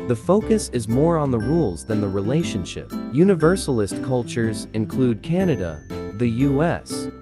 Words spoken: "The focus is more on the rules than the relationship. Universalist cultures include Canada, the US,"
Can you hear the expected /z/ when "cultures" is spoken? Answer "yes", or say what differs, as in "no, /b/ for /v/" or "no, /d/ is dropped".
yes